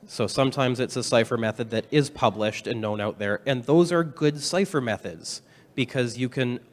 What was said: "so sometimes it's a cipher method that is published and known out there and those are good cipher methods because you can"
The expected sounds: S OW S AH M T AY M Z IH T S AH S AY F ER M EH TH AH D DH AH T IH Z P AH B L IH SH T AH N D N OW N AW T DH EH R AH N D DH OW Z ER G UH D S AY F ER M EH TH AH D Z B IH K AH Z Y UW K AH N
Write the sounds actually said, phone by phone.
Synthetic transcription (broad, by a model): S OW S AH M T AY M Z IH T S AH S AY F ER M EH TH AH D DH AH T IH Z P AH B L IH SH T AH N N OW N AW T DH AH R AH N DH OW Z ER G UH D S AY F ER M EH TH AH D Z B IH K AH Z Y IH K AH N